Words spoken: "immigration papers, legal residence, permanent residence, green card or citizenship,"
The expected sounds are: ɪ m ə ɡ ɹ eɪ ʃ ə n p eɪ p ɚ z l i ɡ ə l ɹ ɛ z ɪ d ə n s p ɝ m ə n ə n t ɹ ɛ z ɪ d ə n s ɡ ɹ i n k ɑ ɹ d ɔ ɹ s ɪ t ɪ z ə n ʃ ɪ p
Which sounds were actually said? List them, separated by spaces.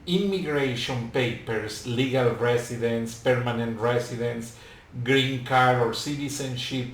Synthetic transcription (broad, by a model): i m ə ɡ ɹ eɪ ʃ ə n p eɪ p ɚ s l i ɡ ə l ɹ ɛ s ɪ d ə n s p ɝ m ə n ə n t ɹ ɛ s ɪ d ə n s ɡ ɹ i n k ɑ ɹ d ɔ ɹ s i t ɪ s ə n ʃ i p